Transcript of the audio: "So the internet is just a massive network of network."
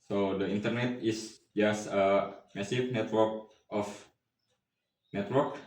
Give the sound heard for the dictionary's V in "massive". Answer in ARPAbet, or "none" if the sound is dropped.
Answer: F